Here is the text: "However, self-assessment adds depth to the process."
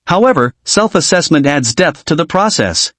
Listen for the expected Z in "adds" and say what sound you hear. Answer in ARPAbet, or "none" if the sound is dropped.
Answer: Z